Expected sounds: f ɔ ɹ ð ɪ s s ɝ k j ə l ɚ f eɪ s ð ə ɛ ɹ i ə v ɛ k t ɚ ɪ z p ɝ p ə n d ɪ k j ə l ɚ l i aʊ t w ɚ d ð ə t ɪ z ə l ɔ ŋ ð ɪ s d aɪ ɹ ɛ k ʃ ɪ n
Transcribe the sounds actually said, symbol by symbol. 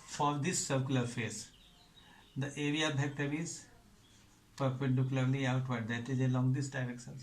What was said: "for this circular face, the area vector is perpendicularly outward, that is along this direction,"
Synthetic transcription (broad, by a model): f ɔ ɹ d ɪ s s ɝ k j l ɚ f eɪ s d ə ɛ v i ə b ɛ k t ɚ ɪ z p ɝ p ə n d ɪ k j ə l ɚ l i aʊ t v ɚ d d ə t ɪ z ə l ɔ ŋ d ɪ s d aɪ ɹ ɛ k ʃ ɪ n